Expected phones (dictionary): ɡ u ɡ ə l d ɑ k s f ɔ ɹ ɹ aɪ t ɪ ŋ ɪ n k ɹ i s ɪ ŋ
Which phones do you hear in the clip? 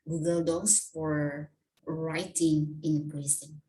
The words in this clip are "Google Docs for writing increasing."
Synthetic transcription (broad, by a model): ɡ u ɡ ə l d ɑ s f ɔ ɹ ɹ aɪ t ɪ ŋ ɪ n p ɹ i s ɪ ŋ